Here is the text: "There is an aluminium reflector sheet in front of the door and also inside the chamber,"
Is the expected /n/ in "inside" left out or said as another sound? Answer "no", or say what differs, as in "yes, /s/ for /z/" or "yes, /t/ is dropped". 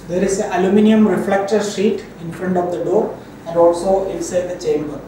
yes, /l/ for /n/